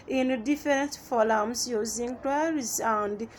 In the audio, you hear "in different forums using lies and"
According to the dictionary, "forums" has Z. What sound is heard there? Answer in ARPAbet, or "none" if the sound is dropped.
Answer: S